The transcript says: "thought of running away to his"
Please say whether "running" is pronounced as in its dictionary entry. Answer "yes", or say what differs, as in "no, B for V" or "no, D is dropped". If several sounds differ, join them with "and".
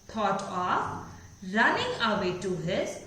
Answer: yes